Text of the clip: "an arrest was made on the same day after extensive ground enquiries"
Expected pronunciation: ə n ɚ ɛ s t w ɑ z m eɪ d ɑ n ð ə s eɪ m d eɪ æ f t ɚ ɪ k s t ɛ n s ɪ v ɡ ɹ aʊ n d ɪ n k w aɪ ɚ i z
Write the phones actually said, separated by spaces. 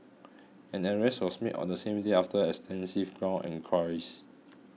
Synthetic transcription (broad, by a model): ə n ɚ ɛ s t w ɑ s m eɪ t ɑ n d ə s eɪ m d eɪ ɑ f t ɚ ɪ k s t ɛ n s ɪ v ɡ ɹ aʊ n ɪ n k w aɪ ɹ i s